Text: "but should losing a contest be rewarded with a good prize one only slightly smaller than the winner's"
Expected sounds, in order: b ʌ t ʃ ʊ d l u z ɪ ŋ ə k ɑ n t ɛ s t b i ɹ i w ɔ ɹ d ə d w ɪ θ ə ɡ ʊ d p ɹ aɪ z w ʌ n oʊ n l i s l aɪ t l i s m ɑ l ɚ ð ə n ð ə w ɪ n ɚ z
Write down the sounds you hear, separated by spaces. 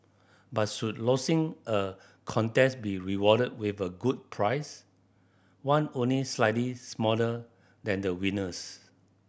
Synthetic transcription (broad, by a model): b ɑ t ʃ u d l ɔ s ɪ ŋ ə k ɑ n t ɛ s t b i ɹ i w ɔ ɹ d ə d w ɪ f ə ɡ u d p ɹ aɪ s w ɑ n oʊ n l i s l aɪ t l i s m ɑ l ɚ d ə n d ə w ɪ n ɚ s